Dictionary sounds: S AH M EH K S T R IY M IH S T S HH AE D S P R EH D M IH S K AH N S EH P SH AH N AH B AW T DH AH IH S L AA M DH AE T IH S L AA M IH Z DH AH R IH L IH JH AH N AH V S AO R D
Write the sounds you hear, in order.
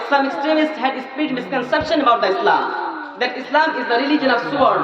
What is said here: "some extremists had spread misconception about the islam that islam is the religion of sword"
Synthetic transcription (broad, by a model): S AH M EH K S T R IY M IH S T S HH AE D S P IY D M IH S K AH N S EH P SH AH N AH B AW T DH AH IH S L AA M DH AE T IH S L AA M IH Z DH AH R IH L IH JH AH N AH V S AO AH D